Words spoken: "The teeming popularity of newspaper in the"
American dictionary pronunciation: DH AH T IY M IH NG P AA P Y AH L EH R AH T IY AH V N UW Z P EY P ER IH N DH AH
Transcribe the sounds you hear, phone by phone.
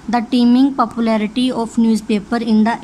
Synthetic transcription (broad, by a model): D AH T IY M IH NG P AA P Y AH L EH R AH T IY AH P N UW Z P EY P ER IH N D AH